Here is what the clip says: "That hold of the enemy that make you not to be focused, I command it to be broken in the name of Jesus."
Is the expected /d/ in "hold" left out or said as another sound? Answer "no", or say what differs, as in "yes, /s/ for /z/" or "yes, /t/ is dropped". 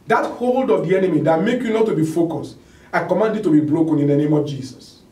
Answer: no